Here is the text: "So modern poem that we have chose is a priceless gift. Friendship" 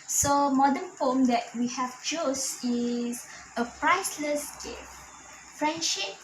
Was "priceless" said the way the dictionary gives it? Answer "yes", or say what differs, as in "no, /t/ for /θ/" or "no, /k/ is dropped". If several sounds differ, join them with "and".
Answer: yes